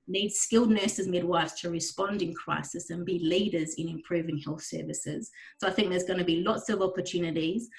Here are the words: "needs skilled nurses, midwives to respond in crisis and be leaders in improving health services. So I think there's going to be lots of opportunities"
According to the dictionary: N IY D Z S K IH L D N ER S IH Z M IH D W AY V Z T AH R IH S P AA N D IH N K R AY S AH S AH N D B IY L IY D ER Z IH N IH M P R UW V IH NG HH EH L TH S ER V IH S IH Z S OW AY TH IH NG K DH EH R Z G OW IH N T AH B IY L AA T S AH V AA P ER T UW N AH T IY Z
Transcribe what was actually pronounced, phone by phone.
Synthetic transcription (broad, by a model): N IY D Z S K IH L D N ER S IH Z M IH D W AY V Z T AH R IH S P AA N D IH N K R AY S AH S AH N B IY L IY D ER Z IH N IH M P R UW V IH NG HH EH L TH S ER V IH S IH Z S OW AY TH IH NG K DH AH Z G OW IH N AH B IY L AA T S AH V AA P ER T UW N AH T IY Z